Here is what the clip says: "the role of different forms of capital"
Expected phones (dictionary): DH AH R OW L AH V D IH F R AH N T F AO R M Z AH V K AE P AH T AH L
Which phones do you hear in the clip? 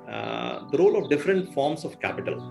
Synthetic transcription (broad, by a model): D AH R OW L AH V D IH F R AH N T F AO R M S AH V K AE P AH T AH L